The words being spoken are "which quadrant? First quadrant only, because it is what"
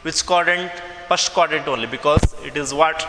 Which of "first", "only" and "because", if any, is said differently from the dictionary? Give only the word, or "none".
first